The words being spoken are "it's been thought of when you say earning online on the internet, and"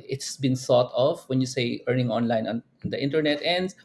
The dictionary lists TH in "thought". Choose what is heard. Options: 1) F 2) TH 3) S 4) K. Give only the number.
3